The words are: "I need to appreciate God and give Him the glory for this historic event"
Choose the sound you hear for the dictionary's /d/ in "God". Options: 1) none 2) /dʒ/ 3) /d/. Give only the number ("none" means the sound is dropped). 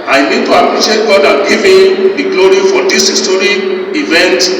3